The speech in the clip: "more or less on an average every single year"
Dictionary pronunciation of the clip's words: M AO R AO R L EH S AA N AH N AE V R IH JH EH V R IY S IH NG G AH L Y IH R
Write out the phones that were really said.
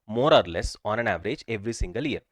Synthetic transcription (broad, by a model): M AO R AO R L EH S AA N AH N AE V R IH JH EH V R IY S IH NG G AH L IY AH R